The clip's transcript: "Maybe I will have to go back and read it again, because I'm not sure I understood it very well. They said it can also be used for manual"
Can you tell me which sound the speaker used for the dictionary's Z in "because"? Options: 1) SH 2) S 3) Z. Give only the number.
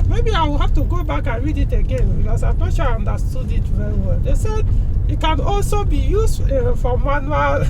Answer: 2